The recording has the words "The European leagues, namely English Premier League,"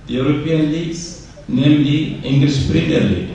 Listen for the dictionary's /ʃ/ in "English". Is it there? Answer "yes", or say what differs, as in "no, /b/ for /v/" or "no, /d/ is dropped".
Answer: no, /s/ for /ʃ/